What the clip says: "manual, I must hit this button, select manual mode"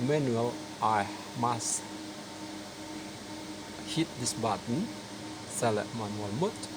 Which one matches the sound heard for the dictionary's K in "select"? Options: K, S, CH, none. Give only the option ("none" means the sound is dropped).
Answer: none